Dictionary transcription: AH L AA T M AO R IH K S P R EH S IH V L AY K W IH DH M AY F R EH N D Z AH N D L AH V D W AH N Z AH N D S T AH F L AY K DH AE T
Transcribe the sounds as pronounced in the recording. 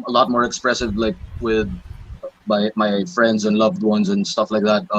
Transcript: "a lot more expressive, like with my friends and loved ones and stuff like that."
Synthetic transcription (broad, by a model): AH L AA T M AO R IH K S P R EH S IH V L AY K W IH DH M AY F R EH N D Z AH N L AH V D W AH N Z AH N S T AH F L AY K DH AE T